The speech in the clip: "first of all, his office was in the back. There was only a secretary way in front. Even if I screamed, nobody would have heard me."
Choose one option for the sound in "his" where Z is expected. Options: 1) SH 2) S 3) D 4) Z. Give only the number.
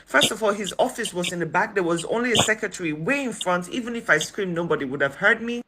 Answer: 4